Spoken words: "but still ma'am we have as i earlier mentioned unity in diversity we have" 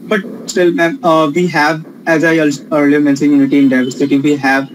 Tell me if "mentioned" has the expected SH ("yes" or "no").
no